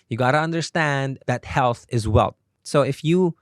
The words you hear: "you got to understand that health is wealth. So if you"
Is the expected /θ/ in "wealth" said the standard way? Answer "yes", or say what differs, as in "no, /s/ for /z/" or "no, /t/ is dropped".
no, /t/ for /θ/